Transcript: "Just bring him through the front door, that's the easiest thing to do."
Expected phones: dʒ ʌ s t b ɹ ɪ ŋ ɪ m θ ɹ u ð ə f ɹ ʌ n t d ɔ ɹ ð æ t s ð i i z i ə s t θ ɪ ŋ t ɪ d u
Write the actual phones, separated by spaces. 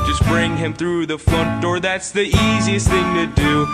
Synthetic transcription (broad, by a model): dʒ ʌ s b ɹ ɪ ŋ ɪ m θ ɹ u ð ə f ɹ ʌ n d ɔ ɹ ð æ t s ð i i z i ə s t θ ɪ ŋ t ɪ d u